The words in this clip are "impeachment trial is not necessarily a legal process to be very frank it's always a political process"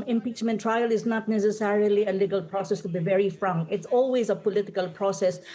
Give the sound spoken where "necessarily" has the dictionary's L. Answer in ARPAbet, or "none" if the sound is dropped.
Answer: L